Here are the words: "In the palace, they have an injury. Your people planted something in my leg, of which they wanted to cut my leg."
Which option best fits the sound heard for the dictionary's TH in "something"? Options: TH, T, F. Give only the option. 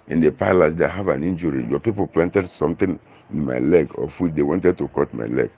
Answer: T